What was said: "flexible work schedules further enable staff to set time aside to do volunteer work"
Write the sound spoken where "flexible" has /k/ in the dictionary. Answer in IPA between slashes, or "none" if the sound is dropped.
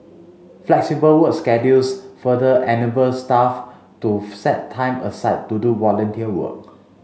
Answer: /k/